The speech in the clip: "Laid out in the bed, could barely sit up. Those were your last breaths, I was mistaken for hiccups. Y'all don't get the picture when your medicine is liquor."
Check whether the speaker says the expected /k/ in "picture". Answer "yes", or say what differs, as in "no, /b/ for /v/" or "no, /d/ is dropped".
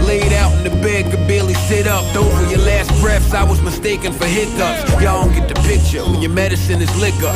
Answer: yes